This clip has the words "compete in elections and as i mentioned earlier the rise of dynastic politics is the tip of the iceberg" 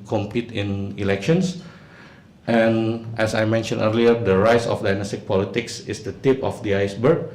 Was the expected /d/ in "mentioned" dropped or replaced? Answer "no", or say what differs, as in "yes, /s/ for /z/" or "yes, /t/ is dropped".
yes, /d/ is dropped